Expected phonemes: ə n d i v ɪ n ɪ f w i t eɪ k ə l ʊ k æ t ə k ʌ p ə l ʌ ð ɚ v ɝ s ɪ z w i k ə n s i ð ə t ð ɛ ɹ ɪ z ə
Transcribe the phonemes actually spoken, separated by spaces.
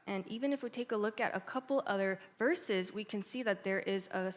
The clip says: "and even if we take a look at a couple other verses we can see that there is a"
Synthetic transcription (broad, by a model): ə n i v ɪ n ɪ f w i t eɪ k ə l ʊ k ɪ t ə k ʌ p l ʌ ð ɚ v ɝ s ɪ z w i k ə n s i ð ə t ð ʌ ɹ ɪ z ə